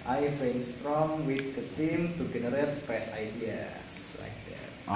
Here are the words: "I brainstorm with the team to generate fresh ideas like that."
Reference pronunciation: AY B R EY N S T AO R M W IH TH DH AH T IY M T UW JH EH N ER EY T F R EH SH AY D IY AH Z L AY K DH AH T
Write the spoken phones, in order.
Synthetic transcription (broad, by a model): AY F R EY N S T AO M W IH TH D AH T IY M T UW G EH N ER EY T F R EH S AY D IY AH S L AY K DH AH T